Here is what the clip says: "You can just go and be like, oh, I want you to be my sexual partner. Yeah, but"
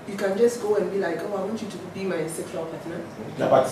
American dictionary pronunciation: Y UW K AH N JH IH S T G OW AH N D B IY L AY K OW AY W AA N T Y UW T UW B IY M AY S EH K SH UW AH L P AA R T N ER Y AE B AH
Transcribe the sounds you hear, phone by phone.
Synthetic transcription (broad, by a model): Y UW K AH N JH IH S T G OW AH N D B IY L AY K OW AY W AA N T Y UW T UW B IY M AY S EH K UW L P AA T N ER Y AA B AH